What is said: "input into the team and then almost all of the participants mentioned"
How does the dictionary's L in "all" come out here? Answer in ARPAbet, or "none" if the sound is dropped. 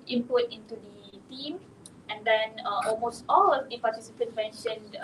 L